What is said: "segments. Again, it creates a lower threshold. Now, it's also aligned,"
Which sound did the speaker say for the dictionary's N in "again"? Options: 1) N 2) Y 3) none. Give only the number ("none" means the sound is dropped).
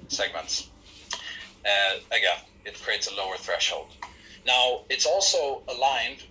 3